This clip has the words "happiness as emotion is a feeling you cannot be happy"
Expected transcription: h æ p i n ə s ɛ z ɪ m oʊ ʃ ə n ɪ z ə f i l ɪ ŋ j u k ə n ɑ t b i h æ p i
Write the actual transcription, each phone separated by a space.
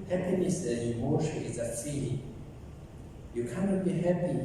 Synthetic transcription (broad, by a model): h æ p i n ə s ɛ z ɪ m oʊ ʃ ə ɪ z ə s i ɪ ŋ j u k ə n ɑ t b i h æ p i